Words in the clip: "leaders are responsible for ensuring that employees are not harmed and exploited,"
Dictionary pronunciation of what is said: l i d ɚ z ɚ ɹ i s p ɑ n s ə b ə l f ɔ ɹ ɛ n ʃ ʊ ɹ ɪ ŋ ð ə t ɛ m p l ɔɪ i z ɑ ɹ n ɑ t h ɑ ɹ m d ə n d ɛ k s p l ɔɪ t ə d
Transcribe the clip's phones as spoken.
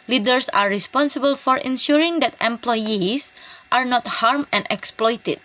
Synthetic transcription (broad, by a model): l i d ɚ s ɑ ɹ i s p ɑ n s ə b ə l f ɔ ɹ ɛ n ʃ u ɹ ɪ ŋ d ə t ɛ m p l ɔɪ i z ɑ ɹ n ɑ t h ɑ ɹ m ə n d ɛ k s p l ɔɪ t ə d